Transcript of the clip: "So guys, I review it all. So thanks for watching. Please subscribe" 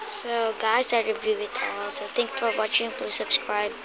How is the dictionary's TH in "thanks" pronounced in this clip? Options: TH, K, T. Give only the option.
T